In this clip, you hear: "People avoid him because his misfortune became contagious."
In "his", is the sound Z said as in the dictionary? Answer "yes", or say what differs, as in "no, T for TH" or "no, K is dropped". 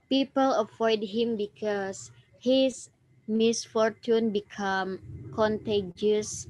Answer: no, S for Z